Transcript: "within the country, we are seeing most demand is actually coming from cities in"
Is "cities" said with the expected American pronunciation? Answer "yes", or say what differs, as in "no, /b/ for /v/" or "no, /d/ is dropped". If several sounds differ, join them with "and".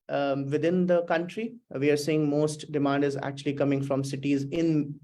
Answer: yes